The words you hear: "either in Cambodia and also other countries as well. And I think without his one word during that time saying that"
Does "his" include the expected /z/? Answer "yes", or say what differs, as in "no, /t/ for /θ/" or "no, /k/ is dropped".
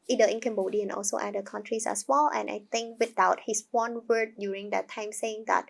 no, /s/ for /z/